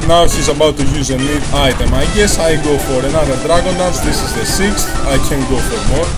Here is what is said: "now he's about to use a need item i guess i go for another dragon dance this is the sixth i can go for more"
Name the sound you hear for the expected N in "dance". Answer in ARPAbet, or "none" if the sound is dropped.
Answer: none